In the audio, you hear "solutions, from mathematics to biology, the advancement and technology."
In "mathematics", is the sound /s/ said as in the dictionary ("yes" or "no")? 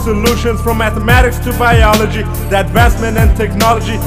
yes